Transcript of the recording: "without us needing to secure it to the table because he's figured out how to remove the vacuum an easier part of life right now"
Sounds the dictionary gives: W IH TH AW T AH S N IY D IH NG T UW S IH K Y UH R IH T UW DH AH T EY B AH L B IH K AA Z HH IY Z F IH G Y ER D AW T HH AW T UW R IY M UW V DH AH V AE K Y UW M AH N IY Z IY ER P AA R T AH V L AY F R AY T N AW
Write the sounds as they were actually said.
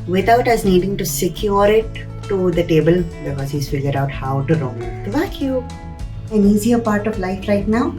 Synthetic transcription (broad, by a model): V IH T AW T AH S N IY D IH NG T UW S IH K Y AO R IH T UW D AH T EY B AH L B IH K AA Z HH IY S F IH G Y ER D AW T HH AW T UW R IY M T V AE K Y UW AH N IY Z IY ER P AA R T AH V L AY F R AY T N AW